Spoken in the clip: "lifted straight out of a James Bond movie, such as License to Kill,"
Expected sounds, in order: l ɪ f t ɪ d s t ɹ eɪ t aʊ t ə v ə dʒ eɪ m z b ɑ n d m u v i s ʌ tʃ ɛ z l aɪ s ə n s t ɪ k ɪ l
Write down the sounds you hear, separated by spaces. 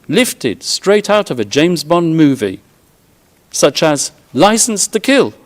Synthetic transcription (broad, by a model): l ɪ f t ɪ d s t ɹ eɪ t aʊ t ə v ə dʒ eɪ m z b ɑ n m u v i s ʌ tʃ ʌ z l aɪ s n s t ɪ k ɪ l